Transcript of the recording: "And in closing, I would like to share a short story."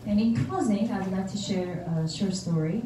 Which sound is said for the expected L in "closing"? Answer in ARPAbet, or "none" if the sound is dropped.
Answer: none